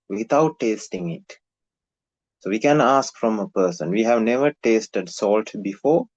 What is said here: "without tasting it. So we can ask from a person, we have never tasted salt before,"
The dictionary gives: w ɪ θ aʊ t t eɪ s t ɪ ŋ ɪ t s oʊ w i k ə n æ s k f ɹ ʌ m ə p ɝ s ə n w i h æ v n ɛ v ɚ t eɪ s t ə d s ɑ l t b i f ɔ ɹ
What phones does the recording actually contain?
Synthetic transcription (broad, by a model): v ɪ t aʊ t t eɪ s t ɪ ŋ ɪ t s oʊ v i k ə n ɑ s k f ɹ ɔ m ə p ɝ s ə n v i h æ v n ɛ v ɚ t eɪ s t ə d s ɑ l t b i f ɔ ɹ